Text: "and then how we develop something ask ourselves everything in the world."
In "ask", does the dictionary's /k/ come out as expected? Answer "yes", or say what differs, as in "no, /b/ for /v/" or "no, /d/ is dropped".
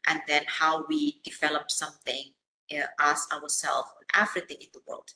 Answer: no, /k/ is dropped